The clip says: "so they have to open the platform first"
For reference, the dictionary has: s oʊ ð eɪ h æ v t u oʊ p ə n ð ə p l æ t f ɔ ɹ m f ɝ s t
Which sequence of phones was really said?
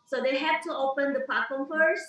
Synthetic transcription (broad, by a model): s oʊ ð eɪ h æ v t u oʊ p ə n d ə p ɑ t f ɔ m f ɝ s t